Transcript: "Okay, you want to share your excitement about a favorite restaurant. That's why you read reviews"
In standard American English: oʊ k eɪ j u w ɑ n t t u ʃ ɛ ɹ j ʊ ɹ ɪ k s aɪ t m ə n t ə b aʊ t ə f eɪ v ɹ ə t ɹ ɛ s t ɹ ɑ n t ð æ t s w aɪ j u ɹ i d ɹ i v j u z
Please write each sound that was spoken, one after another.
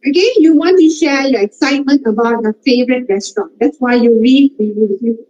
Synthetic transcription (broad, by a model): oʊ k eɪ j u w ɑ n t t u ʃ ɛ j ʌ ɪ k s aɪ t m ə n t ə b aʊ t ə f eɪ v ɹ ə t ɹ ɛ s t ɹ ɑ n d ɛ t s w aɪ j u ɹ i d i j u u